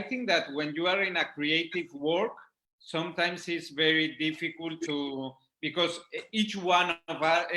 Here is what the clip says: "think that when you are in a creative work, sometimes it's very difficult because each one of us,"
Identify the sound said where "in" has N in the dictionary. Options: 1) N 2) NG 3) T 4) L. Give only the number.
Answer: 1